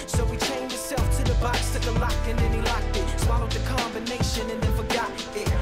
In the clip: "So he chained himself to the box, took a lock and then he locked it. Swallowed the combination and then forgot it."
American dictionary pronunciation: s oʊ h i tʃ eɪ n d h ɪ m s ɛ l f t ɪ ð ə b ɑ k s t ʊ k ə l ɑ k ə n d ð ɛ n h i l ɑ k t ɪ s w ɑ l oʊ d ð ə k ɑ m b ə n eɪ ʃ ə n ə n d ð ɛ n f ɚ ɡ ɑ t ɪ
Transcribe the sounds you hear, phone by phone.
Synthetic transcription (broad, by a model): s oʊ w i tʃ eɪ n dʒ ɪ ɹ s ɛ l f t ɪ ð ə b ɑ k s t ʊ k ə l ɑ k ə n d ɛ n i l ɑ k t ɪ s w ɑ n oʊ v ð ə k ɑ m b ə n eɪ ʃ ə n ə n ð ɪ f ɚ ɡ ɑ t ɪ